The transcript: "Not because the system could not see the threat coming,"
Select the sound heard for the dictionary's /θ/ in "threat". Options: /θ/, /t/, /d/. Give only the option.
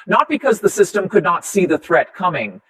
/θ/